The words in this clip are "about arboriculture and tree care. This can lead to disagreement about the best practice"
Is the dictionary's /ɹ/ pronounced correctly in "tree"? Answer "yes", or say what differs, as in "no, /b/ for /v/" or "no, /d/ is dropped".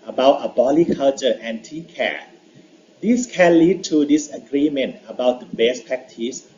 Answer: no, /ɹ/ is dropped